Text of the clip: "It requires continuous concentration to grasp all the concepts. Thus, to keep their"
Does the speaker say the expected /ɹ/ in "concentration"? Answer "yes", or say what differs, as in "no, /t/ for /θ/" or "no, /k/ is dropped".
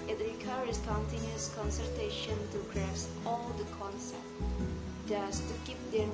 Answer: no, /ɹ/ is dropped